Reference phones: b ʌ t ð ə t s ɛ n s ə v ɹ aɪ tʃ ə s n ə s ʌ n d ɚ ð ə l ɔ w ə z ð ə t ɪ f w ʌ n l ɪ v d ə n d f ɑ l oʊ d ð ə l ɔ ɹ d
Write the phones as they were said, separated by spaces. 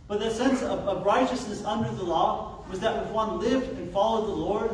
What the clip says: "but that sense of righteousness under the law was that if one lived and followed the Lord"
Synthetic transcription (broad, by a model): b ʌ t ð ə t s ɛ n s ə v ɹ aɪ tʃ ə s n ə s ʌ n d ɚ ð ə l ɔ w ə z ð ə t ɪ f w ʌ n l ɪ v d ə n f ɑ l oʊ d ð ə l ɔ ɹ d